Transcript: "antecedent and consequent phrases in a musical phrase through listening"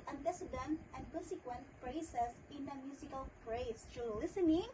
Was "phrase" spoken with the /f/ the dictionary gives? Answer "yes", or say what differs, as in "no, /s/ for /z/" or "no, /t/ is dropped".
no, /p/ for /f/